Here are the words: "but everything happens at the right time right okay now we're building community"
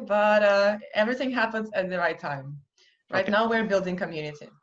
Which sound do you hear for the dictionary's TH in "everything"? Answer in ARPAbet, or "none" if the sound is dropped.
TH